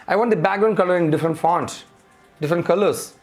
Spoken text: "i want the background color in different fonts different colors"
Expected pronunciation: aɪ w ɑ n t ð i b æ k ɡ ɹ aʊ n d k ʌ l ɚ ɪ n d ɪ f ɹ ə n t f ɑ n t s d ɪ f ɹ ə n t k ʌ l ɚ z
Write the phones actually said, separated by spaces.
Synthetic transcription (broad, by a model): aɪ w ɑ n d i b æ ɡ ɹ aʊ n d k ʌ l ɚ ɪ n d ɪ f ɹ ə n t f ɑ n t s d ɪ f ɹ ə n t k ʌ l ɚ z